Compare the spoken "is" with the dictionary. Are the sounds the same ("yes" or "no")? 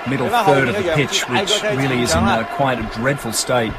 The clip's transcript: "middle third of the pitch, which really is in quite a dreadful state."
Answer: yes